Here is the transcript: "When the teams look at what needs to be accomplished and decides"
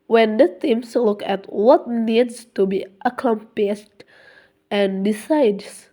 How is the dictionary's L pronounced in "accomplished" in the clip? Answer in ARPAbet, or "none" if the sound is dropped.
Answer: none